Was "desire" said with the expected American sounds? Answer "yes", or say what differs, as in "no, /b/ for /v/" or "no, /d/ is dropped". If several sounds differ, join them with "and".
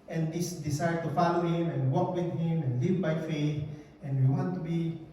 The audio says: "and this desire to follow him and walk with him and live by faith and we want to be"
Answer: no, /s/ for /z/